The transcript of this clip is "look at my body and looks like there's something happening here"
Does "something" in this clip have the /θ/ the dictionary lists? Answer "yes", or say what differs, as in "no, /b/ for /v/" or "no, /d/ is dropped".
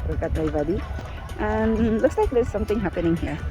no, /t/ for /θ/